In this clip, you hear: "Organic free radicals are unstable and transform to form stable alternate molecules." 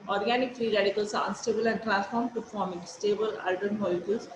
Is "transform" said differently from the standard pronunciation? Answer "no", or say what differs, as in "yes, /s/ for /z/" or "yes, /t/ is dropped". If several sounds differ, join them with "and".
yes, /n/ is dropped